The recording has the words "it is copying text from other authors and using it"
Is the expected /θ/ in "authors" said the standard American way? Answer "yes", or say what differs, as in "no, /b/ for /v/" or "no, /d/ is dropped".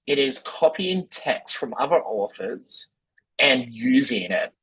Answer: no, /f/ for /θ/